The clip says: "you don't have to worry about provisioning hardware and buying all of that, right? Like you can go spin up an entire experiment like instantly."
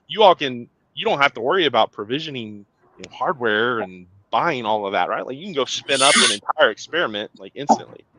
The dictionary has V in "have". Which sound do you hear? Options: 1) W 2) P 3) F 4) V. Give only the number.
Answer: 3